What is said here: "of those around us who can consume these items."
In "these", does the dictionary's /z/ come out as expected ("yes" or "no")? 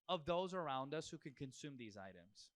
yes